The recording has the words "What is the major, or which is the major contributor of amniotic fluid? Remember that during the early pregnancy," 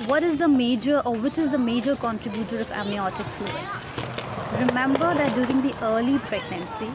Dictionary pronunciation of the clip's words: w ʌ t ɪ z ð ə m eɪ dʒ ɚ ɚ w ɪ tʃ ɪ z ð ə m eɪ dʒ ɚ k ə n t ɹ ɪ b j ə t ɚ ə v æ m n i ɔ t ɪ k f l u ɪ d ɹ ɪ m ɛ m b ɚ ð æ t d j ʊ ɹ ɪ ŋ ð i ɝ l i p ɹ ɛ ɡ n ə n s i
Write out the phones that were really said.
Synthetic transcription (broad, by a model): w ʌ t ɪ z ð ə m eɪ dʒ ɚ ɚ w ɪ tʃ ɪ z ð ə m eɪ dʒ ɚ k ə n t ɹ ɪ b j ə t ɚ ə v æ m i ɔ t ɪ k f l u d ɹ ɪ m ɛ m b ɚ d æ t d j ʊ ɹ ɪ ŋ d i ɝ l i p ɹ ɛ ɡ n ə n s i